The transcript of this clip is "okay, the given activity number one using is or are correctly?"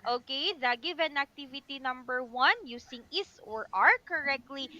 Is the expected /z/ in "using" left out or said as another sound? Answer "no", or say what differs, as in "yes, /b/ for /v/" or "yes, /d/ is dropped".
yes, /s/ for /z/